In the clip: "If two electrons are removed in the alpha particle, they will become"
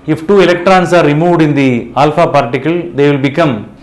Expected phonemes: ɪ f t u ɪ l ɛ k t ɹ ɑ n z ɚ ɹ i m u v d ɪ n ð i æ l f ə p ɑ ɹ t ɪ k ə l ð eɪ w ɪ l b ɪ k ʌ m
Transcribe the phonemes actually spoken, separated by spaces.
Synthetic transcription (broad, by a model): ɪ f t u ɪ l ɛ k t ɹ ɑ n s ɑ ɹ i m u d ɪ n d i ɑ l f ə p ɑ ɹ t ɪ k ə l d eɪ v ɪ l b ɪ k ʌ m